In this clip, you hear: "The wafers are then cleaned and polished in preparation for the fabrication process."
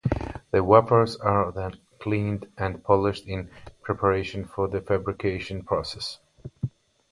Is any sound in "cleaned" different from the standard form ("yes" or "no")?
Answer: no